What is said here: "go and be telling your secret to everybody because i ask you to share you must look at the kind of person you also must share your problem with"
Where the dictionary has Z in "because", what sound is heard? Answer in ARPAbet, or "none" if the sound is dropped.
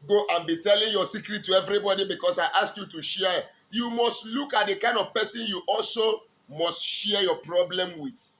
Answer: S